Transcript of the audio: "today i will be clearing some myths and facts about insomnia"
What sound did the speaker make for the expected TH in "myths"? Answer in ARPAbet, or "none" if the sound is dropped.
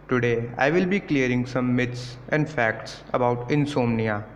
T